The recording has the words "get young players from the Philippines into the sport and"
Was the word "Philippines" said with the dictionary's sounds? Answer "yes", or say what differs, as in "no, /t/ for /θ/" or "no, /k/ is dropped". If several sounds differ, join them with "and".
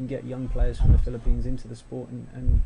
yes